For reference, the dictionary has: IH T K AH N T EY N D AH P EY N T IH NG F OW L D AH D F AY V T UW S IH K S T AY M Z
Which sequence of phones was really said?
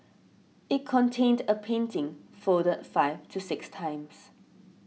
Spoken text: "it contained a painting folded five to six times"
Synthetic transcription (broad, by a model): IH T K AH N T EY N D AH P EY N T IH NG F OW D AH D F AY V T UW S IH K S T AY M S